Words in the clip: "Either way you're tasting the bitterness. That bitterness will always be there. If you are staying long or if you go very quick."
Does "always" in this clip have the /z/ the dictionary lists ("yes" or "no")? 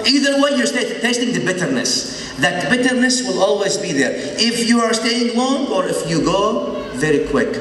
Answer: yes